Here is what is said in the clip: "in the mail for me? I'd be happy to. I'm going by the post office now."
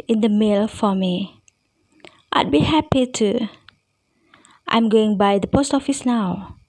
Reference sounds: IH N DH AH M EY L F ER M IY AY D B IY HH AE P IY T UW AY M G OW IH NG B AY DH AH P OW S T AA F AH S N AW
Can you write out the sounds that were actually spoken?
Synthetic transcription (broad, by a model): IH N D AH M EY L F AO M IY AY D B IY HH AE P IY T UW AY M G OW IH NG B AY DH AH P OW S T AA F AH S N AW